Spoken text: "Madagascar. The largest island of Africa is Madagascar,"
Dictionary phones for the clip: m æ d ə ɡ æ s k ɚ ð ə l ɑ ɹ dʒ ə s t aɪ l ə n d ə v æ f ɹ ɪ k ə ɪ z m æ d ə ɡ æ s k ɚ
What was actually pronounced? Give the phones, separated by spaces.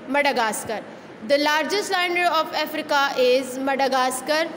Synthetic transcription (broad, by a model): m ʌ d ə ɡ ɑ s k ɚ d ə l ɑ ɹ dʒ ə s t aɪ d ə d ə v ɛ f ɹ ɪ k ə ɪ z m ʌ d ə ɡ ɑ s k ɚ